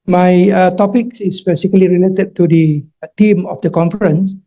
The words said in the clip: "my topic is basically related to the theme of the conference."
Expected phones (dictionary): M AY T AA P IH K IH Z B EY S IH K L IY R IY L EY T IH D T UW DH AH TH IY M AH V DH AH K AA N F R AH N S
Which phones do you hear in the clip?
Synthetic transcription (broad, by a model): M AY T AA P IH K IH S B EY S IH K L IY R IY L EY T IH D T UW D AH T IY M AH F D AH K AA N F R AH N S